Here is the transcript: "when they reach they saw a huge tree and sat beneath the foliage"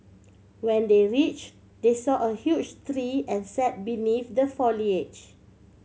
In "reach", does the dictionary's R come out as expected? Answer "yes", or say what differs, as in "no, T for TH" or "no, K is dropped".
yes